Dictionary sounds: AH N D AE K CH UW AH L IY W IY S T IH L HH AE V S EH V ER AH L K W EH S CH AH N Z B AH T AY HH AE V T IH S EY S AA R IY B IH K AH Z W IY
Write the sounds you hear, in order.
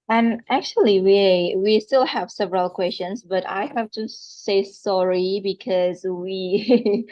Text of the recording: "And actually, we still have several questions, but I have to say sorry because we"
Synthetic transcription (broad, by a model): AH N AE K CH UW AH W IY W IY S T IH L HH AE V S EH V ER AH L K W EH S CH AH N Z B AH T AY HH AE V T IH S EY S AA R IY B IH K AH Z W IY